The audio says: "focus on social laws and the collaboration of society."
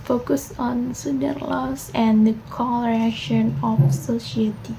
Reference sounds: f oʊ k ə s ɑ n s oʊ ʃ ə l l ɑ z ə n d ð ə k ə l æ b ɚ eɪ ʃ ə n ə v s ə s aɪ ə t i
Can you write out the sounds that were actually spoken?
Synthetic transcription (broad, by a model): f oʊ k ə s ɑ n s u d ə n l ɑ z ə n d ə k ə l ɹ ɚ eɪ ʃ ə n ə f s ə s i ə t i